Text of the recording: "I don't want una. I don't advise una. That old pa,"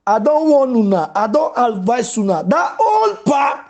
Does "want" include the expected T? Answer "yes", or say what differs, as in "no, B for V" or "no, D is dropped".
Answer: no, T is dropped